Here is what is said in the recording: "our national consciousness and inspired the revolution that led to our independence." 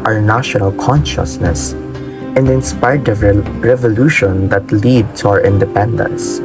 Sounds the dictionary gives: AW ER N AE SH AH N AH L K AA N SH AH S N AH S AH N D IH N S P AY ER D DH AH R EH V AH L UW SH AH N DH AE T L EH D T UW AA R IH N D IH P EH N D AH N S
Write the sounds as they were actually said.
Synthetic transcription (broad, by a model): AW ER N AE SH AH N AH L K AA N SH AH S N AH S AH N D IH N S P AY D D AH R EH V AH L UW SH AH N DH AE T L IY D T UW AA R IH N D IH P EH N D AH N S